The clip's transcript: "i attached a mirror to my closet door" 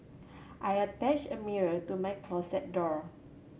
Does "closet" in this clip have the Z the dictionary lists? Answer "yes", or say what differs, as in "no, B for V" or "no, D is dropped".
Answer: no, S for Z